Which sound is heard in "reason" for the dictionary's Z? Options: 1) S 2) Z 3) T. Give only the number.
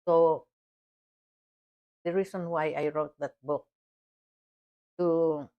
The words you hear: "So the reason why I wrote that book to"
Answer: 1